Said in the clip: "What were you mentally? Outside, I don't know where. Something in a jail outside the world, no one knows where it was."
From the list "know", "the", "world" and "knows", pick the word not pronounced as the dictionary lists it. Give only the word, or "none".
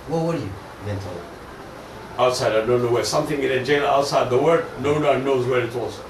world